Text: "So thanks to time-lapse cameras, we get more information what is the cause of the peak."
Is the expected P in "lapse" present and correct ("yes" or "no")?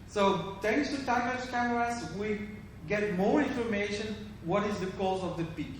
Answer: no